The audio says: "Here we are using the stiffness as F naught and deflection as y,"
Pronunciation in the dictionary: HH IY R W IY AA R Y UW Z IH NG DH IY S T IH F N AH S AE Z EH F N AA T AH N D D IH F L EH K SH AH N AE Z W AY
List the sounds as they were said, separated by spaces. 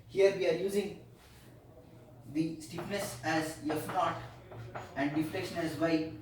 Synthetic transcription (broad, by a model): HH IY R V IY AA R Y UW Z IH NG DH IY S T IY P N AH S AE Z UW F N AA T AH N D D IH F L EH K SH AH N AE Z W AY